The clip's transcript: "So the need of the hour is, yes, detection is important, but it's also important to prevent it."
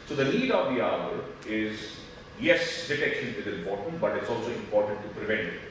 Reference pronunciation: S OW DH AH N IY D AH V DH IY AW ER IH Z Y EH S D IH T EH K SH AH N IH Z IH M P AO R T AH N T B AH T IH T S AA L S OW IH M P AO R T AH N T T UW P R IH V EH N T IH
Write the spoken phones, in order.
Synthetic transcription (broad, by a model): S OW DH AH L IY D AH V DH IY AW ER IH Z Y EH S D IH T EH K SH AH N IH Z IH M P AO R T AH N T B AH T IH T S AA L S OW IH M P AO R T AH N T T UW P R IH V EH N T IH